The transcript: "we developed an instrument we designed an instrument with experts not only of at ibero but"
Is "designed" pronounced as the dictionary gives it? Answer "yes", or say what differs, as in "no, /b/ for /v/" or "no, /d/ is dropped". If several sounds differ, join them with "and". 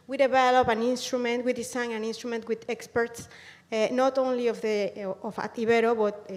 no, /s/ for /z/ and /d/ is dropped